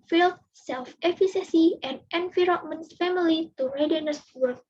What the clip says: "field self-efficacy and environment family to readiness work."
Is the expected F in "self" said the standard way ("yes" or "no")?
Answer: yes